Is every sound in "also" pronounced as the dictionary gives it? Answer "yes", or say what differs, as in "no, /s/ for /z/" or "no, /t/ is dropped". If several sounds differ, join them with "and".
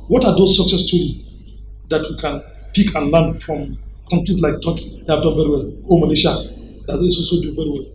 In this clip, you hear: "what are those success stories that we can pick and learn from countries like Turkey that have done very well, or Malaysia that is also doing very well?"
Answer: no, /l/ is dropped